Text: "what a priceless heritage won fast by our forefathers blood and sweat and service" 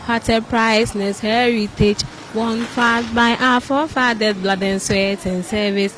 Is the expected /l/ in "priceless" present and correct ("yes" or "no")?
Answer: no